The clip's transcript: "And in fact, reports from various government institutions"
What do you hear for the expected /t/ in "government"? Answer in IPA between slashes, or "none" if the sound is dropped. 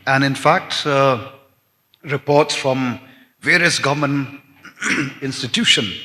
none